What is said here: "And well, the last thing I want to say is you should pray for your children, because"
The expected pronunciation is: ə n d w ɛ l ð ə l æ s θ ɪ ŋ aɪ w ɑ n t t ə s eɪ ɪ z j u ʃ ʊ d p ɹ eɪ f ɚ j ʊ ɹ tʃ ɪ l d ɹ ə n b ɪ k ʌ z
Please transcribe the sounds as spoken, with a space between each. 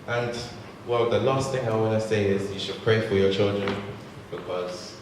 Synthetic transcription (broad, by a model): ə n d w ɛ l ð ə l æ s θ ɪ ŋ aɪ w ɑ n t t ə s eɪ ɪ z j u ʃ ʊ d p ɹ eɪ f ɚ j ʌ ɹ tʃ ɪ l d ɹ ə n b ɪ k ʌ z